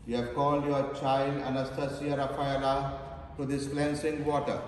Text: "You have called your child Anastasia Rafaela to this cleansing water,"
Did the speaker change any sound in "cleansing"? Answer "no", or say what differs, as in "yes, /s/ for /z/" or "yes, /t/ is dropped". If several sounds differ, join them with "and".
yes, /s/ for /z/